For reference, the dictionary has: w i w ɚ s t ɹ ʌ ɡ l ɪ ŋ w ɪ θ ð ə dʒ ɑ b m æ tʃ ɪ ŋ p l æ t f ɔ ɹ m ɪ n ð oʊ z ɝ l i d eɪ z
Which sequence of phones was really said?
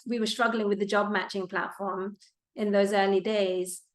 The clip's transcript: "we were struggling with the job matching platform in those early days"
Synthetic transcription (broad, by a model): w i w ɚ s t ɹ ʌ ɡ l ɪ ŋ w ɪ ð ə dʒ ɑ b m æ tʃ ɪ ŋ p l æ t f ɔ ɹ m ɪ n ð oʊ z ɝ l i d eɪ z